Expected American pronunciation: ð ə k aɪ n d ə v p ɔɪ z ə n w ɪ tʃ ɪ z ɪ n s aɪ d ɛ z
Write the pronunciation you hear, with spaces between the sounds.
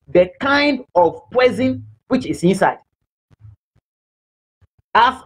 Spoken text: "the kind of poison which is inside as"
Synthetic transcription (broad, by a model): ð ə k aɪ n d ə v p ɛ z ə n w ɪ tʃ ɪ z ɪ n s aɪ d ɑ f